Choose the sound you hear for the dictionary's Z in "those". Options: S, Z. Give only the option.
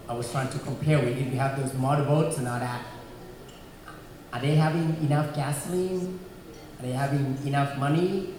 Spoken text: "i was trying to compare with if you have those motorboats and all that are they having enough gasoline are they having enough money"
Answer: Z